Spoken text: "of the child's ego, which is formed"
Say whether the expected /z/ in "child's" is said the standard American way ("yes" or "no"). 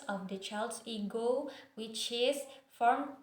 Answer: no